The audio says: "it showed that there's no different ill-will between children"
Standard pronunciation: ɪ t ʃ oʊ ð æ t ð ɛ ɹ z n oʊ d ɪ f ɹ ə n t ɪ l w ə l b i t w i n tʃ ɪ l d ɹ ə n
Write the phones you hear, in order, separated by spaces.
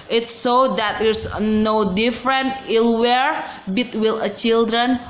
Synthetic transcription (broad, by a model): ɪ t s oʊ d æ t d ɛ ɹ s n oʊ d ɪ f ɹ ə n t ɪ l w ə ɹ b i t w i l tʃ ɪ l d ɹ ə n